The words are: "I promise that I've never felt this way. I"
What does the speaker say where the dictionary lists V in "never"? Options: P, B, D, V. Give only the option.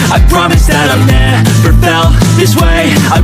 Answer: P